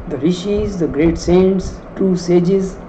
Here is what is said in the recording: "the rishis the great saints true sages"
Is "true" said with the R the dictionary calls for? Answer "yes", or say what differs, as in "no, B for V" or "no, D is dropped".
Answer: no, R is dropped